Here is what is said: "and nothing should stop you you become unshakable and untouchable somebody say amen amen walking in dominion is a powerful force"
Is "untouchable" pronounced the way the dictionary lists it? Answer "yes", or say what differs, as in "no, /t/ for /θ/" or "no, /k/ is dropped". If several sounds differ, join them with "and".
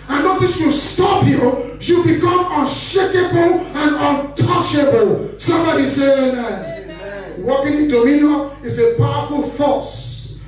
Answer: yes